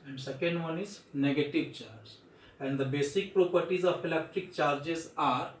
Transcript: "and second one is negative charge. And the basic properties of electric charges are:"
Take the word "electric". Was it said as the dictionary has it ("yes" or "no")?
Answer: yes